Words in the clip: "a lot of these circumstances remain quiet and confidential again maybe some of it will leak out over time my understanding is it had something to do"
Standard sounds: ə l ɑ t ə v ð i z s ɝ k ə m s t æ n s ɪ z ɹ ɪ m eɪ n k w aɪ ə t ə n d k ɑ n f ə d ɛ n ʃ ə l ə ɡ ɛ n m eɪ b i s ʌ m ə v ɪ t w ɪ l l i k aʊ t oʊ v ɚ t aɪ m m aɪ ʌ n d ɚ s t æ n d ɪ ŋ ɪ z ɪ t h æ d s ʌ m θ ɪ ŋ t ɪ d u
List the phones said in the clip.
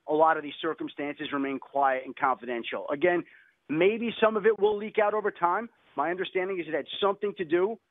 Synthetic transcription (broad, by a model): ə l ɑ t ə v ð i z s ɝ k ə m s t æ n s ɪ z ɹ ɪ m eɪ n k w aɪ ə t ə n k ɑ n f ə d ɛ n ʃ l ə ɡ ɛ n m eɪ b i s ʌ m ə v ɪ t w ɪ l l i k aʊ t oʊ v ɚ t aɪ m m aɪ ʌ n d ɚ s t æ n d ɪ ŋ ɪ z ɪ t h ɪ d s ʌ m θ ɪ ŋ t ɪ d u